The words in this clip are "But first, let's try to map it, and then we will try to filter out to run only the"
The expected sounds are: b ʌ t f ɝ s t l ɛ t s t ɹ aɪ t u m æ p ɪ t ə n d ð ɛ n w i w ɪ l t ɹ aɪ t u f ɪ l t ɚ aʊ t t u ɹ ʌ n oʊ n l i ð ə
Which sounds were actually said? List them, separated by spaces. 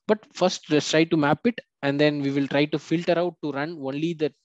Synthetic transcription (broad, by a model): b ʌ t f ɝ s t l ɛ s t ɹ aɪ t u m æ p ɪ t ə n d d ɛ n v i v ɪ l t ɹ aɪ t u f ɪ l t ɚ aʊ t t u ɹ ʌ n oʊ n l i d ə